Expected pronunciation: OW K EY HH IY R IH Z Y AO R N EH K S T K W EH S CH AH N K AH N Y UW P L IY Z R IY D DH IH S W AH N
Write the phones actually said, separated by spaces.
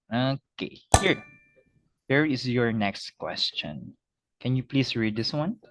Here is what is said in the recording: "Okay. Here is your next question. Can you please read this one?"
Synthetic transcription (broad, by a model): OW K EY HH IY R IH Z Y AO R N EH K S T K W EH S CH AH N K AH N Y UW P L IY S R IY D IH S W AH N